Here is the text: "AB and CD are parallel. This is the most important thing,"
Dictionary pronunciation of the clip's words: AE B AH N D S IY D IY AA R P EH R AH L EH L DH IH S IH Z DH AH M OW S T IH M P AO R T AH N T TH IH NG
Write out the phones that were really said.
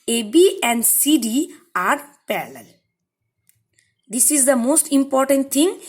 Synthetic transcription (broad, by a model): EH B AH N D S IY D IY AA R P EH L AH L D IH S IH Z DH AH M OW S T IH M P AO R T AH N T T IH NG